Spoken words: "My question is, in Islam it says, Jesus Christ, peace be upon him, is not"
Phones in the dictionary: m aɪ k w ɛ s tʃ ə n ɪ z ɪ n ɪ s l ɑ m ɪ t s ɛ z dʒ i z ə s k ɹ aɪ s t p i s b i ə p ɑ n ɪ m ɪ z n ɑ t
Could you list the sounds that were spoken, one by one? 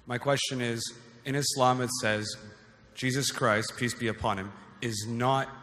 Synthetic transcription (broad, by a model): m aɪ k w ɛ s tʃ ə n ɪ z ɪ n ɪ s l ɑ m ɪ t s ɛ z dʒ i z ə s k ɹ aɪ s t p i s b i ə p ɑ n ɪ m ɪ z n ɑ t